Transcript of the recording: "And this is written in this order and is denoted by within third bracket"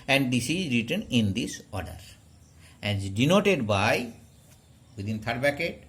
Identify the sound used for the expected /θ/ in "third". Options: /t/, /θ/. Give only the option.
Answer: /t/